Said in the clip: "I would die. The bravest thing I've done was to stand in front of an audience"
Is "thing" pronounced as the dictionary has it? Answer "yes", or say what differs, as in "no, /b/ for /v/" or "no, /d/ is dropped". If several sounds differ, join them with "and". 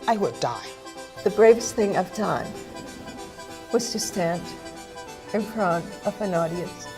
yes